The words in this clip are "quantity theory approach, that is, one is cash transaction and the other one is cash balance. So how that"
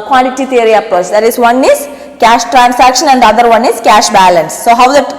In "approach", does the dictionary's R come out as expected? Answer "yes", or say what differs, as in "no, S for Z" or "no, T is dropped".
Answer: no, R is dropped